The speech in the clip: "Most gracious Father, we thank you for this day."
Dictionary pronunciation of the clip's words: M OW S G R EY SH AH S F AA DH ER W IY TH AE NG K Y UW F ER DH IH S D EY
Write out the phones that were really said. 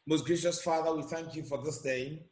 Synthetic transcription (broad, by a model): M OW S G R EY SH AH S F AA DH ER W IY TH AE NG K Y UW F ER DH IH S D EY